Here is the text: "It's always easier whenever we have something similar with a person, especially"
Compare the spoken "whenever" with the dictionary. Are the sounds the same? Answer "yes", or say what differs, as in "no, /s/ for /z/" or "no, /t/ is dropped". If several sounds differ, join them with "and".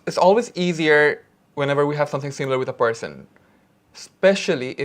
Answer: yes